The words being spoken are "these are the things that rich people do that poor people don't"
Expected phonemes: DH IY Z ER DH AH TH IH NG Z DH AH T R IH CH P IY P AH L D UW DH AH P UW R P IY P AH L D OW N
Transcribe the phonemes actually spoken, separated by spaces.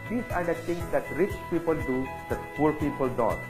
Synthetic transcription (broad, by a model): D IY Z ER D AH T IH NG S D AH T R IH CH P IY P AH L D UW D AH P UW R P IY P AH L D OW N